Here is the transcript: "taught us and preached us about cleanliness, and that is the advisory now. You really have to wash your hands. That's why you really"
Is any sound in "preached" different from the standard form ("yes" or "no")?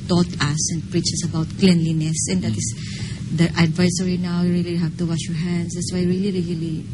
yes